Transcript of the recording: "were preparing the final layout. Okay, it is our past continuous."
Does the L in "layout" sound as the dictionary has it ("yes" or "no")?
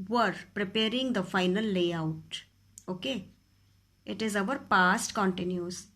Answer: yes